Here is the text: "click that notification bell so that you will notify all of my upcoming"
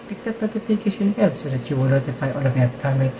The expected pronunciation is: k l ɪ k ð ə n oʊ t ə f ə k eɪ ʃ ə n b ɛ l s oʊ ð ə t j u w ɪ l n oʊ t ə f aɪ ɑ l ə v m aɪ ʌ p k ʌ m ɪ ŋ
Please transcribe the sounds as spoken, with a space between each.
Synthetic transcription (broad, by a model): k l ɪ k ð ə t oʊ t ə p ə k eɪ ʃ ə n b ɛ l s oʊ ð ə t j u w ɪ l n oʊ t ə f aɪ ɑ l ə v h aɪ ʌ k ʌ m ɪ